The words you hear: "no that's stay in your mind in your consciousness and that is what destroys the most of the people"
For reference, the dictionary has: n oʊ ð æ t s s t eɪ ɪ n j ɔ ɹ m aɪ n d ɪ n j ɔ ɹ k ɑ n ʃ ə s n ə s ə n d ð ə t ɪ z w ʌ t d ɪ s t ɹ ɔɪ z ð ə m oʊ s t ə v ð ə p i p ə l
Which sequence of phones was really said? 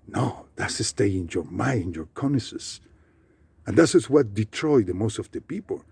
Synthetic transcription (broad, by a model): n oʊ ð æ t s s t eɪ ɪ n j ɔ ɹ m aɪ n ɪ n j ɔ ɹ k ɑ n ə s ə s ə n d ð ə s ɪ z w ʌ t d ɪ t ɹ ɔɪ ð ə m oʊ s t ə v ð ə p i p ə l